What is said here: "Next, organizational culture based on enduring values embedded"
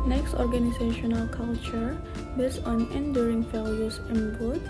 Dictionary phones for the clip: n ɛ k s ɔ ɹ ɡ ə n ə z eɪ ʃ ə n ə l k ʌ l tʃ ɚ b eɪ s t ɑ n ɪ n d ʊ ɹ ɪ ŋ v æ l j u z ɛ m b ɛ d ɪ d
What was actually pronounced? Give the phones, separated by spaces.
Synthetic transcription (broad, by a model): n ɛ k s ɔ ɹ ɡ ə n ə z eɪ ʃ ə n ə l k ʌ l tʃ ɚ b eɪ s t ɑ n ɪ n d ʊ ɹ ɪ ŋ f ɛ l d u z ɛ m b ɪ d